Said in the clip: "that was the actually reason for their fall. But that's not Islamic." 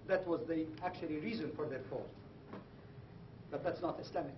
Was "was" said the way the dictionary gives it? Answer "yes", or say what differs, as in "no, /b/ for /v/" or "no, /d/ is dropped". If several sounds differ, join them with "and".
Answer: yes